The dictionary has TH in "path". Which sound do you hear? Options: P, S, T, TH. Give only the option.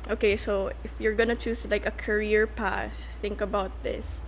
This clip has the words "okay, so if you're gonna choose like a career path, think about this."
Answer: S